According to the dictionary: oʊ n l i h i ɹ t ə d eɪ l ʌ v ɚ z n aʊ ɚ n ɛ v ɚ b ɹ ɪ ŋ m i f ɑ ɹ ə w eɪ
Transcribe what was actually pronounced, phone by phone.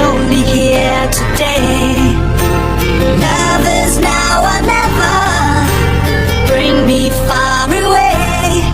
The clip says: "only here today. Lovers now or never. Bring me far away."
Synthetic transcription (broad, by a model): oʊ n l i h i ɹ t ə d eɪ n ʌ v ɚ z n aʊ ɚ n ɛ v ɚ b ɹ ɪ ŋ m i f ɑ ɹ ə w eɪ